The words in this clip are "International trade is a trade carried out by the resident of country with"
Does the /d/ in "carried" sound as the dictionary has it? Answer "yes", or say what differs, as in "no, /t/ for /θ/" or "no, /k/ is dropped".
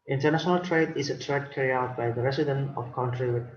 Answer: no, /d/ is dropped